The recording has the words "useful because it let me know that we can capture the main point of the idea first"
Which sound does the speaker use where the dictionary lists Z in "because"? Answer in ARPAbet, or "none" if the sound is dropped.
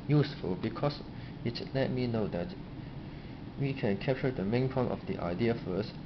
S